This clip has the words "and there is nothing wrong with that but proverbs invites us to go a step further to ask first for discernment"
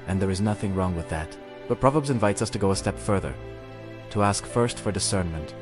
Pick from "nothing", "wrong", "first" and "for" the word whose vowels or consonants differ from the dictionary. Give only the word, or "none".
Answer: none